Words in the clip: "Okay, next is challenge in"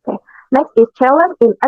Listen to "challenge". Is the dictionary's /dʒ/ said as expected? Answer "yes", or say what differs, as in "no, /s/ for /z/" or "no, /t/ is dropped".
no, /dʒ/ is dropped